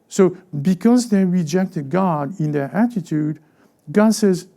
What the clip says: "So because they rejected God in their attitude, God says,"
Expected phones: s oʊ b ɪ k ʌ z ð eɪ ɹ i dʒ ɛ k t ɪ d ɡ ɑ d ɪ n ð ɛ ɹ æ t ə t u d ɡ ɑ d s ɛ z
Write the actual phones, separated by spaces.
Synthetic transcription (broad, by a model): s oʊ b ɪ k ʌ z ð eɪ ɹ i dʒ ɛ k t ɪ d ɡ ɑ d ɪ n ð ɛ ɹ æ t ə t u d ɡ ɑ d s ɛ z